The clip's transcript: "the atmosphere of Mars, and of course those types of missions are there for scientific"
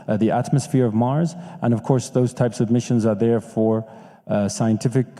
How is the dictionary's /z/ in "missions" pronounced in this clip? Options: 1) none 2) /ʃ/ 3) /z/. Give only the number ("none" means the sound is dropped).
3